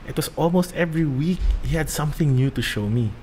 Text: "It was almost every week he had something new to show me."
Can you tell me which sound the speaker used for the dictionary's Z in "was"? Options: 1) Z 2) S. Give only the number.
2